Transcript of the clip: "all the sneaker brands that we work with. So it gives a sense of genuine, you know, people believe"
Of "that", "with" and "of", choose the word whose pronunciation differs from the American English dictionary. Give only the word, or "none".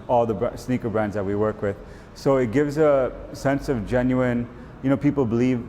none